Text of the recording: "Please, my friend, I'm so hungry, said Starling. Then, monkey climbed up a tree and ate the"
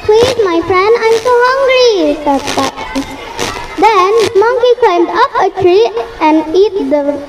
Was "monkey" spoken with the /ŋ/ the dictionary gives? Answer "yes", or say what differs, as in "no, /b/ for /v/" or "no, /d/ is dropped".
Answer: yes